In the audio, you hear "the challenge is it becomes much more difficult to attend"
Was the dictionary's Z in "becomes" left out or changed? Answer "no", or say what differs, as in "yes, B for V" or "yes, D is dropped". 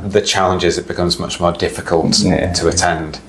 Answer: no